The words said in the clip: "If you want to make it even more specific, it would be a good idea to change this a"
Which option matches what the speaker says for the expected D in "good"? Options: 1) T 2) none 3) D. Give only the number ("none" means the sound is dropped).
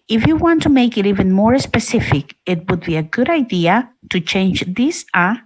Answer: 3